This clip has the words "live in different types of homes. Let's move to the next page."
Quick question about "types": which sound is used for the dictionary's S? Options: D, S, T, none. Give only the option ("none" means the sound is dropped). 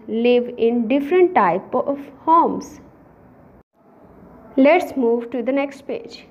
none